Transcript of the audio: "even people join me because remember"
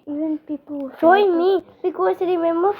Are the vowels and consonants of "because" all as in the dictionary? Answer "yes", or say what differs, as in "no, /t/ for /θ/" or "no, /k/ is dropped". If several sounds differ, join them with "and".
no, /s/ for /z/